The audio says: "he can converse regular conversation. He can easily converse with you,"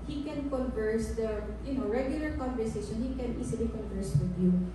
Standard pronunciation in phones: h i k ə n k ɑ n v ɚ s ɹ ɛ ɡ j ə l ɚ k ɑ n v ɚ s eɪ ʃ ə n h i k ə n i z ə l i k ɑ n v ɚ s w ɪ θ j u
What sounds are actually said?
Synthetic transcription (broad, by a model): h i k ə n k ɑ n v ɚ s ɹ ɛ ɡ j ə l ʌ k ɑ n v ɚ s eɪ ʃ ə n h i k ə n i s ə l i k ɑ n v ɚ s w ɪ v j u